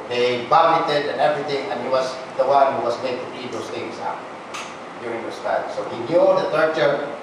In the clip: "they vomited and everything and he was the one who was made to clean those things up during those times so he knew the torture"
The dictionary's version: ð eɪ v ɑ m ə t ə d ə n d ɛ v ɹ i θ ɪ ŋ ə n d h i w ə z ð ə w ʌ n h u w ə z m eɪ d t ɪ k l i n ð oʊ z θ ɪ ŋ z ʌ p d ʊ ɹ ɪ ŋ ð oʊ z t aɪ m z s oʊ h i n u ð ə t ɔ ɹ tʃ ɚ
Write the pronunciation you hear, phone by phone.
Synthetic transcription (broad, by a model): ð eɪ b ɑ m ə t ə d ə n ɛ v ɹ i θ ɪ ŋ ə n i w ə z ð ə w ʌ n h u w ə z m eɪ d t ɪ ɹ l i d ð oʊ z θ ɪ ŋ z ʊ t d ʊ ɹ ɪ ŋ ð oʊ s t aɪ s oʊ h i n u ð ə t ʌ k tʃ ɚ